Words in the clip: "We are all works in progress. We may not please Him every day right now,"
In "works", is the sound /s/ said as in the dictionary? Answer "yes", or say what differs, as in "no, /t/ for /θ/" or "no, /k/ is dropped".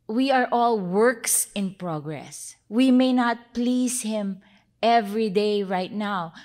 yes